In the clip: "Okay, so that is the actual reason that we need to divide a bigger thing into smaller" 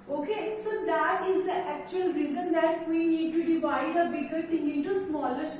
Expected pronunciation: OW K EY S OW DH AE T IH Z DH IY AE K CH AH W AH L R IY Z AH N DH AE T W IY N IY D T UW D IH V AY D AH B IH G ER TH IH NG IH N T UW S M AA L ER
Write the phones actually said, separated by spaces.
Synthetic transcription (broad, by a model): OW K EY S OW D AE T IH Z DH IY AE K CH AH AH L R IY Z AH N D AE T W IY N IY D T UW D IH V AY D AH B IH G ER T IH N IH T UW S M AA L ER